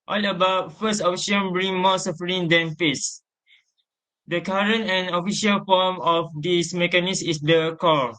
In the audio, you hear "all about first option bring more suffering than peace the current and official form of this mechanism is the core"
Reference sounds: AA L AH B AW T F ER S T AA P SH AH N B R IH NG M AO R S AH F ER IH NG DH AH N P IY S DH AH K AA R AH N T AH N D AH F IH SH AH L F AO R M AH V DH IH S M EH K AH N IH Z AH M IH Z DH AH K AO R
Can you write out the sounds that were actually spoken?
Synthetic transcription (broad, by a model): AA L AH B AW T F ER S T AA F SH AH N B R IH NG M AO S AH F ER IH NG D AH N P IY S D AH K AA R AH N T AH N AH F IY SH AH L F AO M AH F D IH S M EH K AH N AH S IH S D AH K AO